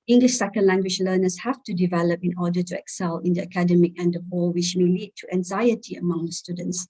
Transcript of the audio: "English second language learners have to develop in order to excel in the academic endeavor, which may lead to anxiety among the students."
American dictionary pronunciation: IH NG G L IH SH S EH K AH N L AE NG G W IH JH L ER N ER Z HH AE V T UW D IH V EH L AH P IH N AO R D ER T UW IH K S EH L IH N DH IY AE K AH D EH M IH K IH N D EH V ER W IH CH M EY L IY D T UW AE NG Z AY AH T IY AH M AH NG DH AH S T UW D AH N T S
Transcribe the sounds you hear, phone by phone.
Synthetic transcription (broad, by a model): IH NG G L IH SH S EH K AH N L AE NG G W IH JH L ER N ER S HH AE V T UW D IH V EH L AH P IH N AO D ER T UW IH K S EH L IH N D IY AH K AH D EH M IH K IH N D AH P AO W IH CH M EY L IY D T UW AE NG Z AY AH T IY AH M AH NG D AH S T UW D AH N T S